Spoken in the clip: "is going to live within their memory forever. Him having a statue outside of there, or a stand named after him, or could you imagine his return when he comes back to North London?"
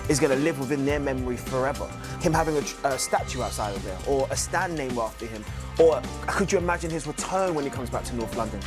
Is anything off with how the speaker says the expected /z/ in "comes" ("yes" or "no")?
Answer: no